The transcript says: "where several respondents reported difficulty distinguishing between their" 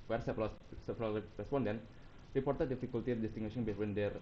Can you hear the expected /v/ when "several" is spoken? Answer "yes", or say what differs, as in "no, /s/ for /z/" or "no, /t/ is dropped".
no, /p/ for /v/